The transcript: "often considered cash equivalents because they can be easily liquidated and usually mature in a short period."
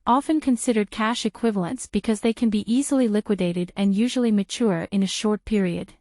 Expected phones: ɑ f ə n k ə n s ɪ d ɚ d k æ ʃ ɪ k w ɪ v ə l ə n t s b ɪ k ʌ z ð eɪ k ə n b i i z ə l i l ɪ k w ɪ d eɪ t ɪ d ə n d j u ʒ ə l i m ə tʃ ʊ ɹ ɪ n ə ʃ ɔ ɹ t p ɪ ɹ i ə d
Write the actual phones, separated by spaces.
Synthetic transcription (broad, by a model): ɑ f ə n k ə n s ɪ d ɚ d k æ ʃ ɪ k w ɪ v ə l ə n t s b ɪ k ʌ z ð eɪ k ə n b i i z l i l ɪ k w ɪ d eɪ t ɪ d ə n j u ʒ l i m ə tʃ ʊ ɹ ɪ n ə ʃ ɔ ɹ t p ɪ ɹ i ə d